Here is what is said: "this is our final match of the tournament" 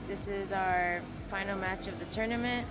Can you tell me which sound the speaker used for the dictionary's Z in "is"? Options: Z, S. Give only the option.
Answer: Z